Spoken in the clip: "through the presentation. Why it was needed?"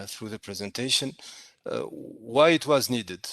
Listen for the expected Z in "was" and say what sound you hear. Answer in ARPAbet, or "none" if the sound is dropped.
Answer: Z